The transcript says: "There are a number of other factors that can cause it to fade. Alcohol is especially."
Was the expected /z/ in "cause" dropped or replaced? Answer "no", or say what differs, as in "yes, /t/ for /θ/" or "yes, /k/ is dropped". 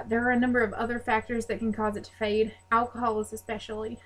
no